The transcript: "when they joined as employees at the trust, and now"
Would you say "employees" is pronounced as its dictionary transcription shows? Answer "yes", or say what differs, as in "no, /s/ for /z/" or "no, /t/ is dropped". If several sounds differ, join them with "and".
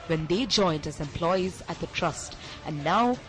yes